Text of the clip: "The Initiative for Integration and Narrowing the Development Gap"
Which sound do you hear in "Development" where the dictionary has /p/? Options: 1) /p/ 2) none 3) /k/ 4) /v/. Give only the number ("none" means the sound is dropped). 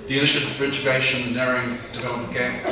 2